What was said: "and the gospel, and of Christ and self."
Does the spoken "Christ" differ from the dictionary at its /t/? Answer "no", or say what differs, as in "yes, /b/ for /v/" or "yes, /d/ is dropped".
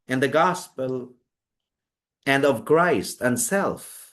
no